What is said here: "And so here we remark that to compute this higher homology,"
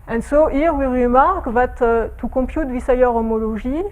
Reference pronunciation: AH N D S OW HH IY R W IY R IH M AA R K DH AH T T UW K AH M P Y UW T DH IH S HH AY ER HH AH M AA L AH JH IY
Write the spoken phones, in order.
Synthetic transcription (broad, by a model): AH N S OW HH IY R W IY R IH M AA R K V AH T T UW K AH P Y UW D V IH S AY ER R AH M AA L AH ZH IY